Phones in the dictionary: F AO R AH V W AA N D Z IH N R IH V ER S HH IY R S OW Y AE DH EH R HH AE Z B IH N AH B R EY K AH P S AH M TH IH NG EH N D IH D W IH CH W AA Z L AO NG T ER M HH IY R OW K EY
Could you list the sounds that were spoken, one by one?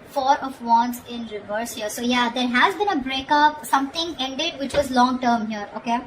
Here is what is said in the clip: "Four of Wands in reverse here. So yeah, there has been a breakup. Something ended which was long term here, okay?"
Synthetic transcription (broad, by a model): F AO R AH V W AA N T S IH N R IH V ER S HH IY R S OW Y AE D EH R HH AE Z B IH N AH B R EY K AH P S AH M T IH NG EH N D IH D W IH CH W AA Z L AO NG T ER M HH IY R OW K EY